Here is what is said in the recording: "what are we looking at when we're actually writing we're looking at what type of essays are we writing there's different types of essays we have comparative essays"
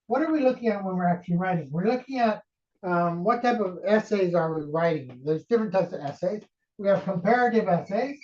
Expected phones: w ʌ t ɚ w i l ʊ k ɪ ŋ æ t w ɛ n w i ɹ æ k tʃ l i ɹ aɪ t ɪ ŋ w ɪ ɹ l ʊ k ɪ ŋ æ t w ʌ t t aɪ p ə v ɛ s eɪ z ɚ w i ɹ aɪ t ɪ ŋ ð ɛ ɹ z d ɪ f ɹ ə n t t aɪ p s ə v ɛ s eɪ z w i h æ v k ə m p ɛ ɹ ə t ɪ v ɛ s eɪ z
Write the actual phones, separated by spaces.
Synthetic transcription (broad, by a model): w ʌ t ɚ w i l ʊ k ɪ ŋ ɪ t w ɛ n w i ɹ æ k tʃ l i ɹ aɪ t ɪ ŋ w ɪ ɹ l ʊ k ɪ ŋ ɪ t w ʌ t t aɪ p ə v ɛ s eɪ z ɚ w i ɹ aɪ t ɪ ŋ ð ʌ ɹ z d ɪ f ɹ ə n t t aɪ p s ə v ɛ s eɪ z w i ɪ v k ə m p ɛ ɹ ə t ɪ v ɛ s eɪ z